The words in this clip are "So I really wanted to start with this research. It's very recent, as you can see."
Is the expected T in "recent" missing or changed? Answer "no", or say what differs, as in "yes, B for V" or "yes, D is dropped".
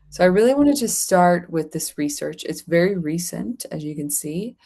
no